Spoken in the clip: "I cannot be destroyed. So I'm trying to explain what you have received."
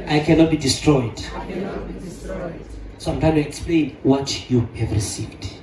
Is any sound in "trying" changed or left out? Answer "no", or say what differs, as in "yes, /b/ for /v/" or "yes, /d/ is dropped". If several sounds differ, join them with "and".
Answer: yes, /ɹ/ is dropped